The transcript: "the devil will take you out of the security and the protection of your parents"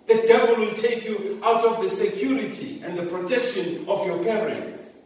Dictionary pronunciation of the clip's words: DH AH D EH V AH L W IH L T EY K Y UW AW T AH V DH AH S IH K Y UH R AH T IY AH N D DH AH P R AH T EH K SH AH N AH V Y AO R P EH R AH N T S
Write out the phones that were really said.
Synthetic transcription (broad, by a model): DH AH D EH V AH L W IH L T EY K Y UW AW T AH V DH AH S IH K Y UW R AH T IY AH N D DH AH P R AH T EH K SH AH N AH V Y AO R P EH R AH N T S